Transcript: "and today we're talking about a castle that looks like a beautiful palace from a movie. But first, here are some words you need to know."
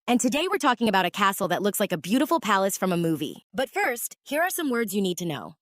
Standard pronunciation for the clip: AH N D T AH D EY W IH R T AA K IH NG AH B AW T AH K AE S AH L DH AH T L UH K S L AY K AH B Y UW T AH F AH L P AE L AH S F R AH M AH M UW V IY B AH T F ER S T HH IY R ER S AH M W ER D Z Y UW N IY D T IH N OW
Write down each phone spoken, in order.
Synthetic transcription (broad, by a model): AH N T AH D EY W IH R T AA K IH NG AH B AW T AH K AE S L DH AH T L UH K S L AY K AH B Y UW T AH F L P AE L AH S F R AH M AH M UW V IY B AH T F ER S T HH IY R ER S AH M W ER D Z Y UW N IY D T IH N OW